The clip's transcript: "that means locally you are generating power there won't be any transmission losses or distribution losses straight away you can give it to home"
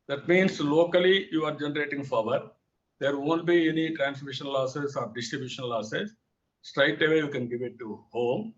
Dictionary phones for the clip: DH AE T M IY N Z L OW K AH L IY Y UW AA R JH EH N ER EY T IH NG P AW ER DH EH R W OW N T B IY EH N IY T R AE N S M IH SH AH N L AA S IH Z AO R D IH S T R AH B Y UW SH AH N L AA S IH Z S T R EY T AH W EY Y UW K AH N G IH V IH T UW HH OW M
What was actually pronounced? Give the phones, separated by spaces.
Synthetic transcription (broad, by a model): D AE T M IY N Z L OW K AH L IY Y UW AA R JH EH N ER EY T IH NG F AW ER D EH R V OW N T B IY EH N IY T R AE N S M IH SH AH N L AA S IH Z AO R D IH S T R AH B Y UW SH AH N L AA S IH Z S T R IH T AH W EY Y UW K AH N G IH V IH T UW HH OW M